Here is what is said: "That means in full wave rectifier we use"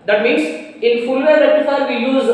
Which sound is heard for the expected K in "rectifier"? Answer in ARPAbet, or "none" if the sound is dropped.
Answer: none